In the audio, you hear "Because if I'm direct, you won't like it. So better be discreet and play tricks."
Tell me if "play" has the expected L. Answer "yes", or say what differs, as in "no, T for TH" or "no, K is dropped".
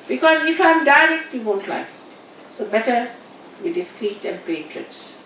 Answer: no, L is dropped